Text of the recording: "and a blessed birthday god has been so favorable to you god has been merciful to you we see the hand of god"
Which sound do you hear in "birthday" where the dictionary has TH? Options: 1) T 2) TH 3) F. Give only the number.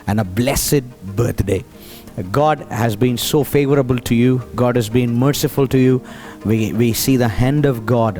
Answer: 1